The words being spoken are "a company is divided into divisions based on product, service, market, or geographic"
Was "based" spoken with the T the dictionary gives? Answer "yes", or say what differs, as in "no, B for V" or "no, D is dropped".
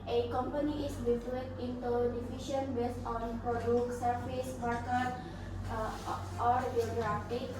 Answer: no, T is dropped